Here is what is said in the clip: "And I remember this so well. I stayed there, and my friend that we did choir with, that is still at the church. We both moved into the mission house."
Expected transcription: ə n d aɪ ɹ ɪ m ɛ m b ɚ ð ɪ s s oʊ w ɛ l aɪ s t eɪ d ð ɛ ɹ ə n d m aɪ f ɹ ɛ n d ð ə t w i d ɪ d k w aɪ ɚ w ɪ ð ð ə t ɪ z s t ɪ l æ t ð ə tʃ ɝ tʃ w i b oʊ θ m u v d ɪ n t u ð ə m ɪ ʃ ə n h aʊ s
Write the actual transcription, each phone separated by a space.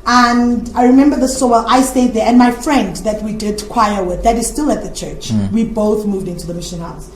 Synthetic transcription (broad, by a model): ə n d aɪ ɹ ɪ m ɛ m b ɚ ð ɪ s s oʊ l aɪ s t eɪ d ð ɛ ɹ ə n m aɪ f ɹ ɛ n d ð ə t w i d ɪ d k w aɪ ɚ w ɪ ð ð ə t ɪ z s t ɪ l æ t ð ə tʃ ɝ tʃ w i b oʊ θ m u v d ɪ n t u ð ə m ɪ ʃ ə n h aʊ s